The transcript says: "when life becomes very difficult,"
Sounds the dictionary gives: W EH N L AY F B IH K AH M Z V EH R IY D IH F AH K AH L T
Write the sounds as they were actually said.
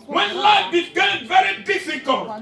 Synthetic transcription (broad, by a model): W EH N L AY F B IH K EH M V EH R IY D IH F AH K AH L